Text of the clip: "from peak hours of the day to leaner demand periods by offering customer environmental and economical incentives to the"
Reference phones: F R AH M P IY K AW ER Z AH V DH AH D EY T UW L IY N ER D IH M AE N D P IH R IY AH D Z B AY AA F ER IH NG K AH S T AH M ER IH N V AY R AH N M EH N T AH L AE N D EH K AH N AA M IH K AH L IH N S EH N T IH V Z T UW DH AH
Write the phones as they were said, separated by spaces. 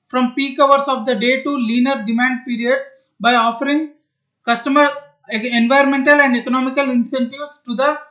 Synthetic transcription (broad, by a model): F R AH M P IY K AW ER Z AH V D AH D EY T UW L IY N ER D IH M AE N D P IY R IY AH D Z B AY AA F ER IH NG K AH S T AH M ER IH N V AY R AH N M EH N T AH L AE N D EH K AH N AA M IH K AH L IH N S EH N T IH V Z T UW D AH